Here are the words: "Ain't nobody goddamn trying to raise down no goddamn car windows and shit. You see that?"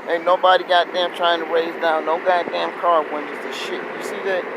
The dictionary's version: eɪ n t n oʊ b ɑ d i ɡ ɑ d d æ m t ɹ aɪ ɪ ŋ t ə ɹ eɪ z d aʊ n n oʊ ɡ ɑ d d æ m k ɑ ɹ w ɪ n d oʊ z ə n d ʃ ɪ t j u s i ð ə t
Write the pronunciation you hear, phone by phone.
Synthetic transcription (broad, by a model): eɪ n n oʊ b ɑ d i ɡ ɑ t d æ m t ɹ aɪ ɪ ŋ t ə ɹ eɪ z d aʊ n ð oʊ ɡ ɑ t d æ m k ɑ ɹ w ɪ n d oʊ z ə ʃ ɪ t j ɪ s i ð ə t